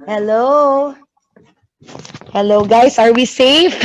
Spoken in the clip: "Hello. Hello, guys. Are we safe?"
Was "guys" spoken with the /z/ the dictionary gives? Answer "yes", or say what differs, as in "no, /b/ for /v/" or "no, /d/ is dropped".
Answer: no, /s/ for /z/